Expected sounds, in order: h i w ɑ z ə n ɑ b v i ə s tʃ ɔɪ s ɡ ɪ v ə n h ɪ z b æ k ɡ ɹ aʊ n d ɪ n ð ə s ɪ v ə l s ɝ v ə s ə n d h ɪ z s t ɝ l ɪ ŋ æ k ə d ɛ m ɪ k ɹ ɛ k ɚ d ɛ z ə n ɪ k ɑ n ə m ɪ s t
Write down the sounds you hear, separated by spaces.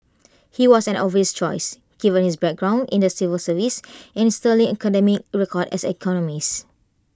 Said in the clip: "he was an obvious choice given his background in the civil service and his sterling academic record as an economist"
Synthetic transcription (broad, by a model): h i w ɑ s ə n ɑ v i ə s tʃ ɔɪ s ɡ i v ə n h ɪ s b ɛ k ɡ ɹ aʊ n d ɪ n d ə s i v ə l s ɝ v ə s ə n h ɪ s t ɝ l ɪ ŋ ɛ k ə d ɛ m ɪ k ɹ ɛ k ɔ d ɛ s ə k ɑ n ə m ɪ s